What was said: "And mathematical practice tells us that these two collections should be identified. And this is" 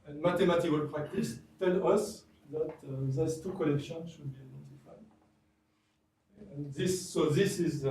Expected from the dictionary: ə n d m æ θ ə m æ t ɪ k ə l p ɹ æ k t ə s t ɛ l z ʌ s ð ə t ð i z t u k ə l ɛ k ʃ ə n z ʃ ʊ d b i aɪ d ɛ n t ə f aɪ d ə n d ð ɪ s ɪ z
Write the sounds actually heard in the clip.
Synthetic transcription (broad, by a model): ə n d m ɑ t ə m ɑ t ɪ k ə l p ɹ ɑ k t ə s t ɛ l ʌ s ð ə t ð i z t u k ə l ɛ k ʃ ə n ʃ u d b i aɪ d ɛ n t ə f aɪ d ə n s ð ɪ s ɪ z